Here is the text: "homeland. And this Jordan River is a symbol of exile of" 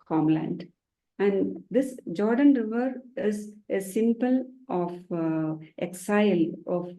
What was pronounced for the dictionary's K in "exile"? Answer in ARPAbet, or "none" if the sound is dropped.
K